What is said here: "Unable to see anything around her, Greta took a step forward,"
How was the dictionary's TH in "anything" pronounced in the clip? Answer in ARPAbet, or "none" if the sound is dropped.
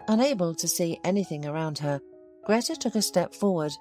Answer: TH